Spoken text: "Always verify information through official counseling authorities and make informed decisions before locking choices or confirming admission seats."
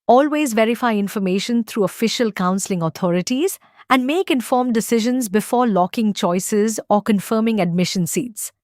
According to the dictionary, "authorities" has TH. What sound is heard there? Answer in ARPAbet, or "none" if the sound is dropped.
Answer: T